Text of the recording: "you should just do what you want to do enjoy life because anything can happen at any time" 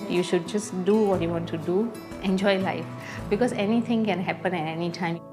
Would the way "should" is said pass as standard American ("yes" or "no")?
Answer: yes